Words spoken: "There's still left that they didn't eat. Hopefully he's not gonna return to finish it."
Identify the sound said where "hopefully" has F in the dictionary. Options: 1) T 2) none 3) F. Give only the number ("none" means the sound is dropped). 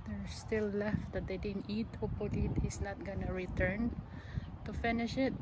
2